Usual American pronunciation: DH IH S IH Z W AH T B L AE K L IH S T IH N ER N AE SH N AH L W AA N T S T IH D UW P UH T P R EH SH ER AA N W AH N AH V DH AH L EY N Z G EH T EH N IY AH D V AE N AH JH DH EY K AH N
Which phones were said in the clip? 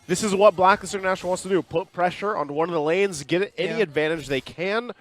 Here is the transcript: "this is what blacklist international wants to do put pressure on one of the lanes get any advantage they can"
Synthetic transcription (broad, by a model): DH IH S IH Z W AH T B L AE K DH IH S UW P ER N AE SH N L W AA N S T IH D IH P UH T P R EH SH ER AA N W AH N AH V DH AH L EY N Z G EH T EH N IY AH D V AE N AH JH DH EY K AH N